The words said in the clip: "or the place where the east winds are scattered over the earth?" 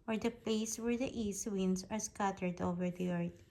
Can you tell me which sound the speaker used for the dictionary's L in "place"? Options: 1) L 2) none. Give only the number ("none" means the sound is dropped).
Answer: 2